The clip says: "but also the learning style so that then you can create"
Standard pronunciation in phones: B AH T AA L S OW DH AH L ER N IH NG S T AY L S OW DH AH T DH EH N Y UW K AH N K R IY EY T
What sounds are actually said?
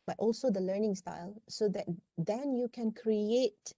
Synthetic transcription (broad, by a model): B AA T AA L S OW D AH L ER N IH NG S T AY L S OW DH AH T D EH N Y UW K AH N K R IY EY T